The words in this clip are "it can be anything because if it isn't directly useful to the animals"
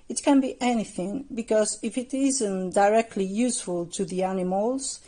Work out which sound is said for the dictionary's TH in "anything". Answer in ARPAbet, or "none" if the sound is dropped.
TH